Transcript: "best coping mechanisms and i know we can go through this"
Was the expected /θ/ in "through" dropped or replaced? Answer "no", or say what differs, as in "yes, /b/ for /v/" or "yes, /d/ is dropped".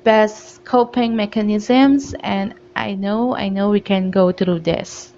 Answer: yes, /t/ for /θ/